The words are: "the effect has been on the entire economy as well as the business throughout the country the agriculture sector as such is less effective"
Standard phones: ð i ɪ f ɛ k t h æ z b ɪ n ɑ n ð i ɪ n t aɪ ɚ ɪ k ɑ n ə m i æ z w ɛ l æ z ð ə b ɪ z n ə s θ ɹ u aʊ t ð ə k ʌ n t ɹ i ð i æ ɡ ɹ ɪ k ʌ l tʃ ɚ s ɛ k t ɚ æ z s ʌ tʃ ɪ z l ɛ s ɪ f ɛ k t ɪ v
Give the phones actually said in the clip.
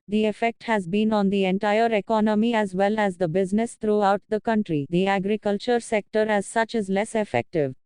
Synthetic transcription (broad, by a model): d i ɪ f ɛ k t h æ z b ɪ n ɑ n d i ɪ n t aɪ ɚ ɪ k ɑ n ə m i æ z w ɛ l æ z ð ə b ɪ z n ə s t ɹ u aʊ t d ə k ʌ n t ɹ i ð i æ ɡ ɹ ɪ k ʌ l tʃ ɚ s ɛ k t ɚ æ z s ʌ tʃ ɪ z l ɛ s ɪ f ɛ k t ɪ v